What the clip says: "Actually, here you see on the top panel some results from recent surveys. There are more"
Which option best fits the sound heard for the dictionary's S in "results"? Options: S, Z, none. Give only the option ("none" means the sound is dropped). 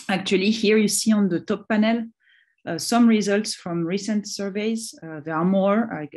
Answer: S